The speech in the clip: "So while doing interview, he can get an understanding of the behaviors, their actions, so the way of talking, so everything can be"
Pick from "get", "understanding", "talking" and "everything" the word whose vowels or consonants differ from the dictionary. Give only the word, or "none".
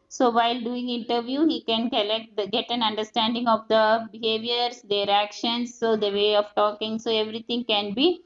everything